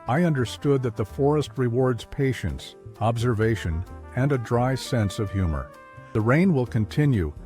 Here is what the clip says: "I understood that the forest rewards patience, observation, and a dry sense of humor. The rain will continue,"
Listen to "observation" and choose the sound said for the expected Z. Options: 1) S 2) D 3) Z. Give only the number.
3